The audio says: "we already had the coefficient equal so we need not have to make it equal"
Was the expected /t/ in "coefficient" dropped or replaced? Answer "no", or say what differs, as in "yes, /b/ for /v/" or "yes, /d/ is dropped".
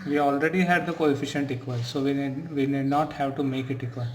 no